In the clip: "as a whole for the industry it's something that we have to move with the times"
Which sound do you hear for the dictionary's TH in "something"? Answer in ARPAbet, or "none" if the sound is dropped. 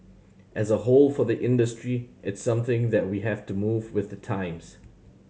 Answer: TH